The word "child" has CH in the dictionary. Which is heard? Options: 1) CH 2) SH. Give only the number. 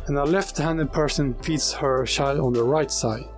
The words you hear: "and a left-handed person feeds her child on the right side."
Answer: 2